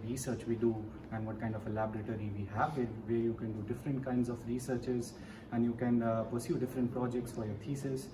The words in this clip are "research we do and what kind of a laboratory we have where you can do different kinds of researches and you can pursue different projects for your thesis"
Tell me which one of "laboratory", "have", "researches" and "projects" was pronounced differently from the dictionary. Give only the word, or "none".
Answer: none